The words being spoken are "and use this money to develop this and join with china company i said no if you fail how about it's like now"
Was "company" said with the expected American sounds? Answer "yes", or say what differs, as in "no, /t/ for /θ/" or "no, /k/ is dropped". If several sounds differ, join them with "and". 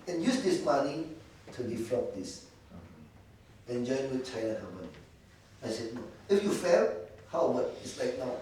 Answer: no, /p/ is dropped